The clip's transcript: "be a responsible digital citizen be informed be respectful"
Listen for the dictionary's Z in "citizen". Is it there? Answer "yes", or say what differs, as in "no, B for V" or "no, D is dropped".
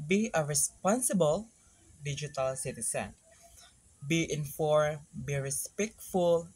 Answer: no, S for Z